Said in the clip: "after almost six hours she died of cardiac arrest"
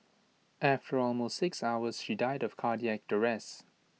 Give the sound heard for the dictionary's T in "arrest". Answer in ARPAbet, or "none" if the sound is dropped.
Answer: none